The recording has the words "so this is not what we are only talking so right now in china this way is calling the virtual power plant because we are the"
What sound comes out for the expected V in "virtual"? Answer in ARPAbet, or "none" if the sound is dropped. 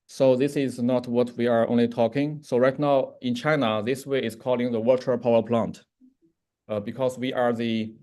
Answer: W